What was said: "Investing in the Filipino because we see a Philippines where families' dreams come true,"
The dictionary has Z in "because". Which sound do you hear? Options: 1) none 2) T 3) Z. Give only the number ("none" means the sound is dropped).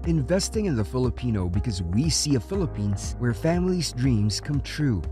3